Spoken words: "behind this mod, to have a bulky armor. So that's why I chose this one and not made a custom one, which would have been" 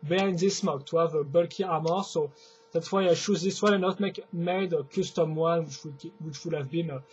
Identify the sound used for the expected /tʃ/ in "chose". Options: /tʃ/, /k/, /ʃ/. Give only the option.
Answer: /ʃ/